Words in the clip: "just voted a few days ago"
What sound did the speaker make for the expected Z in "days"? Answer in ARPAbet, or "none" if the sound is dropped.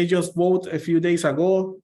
S